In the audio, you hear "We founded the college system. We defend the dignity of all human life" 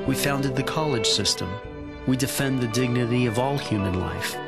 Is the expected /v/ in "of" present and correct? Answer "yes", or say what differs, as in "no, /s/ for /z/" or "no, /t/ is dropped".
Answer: yes